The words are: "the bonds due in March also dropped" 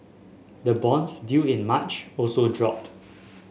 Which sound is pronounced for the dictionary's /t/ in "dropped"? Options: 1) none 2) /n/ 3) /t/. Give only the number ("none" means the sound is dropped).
3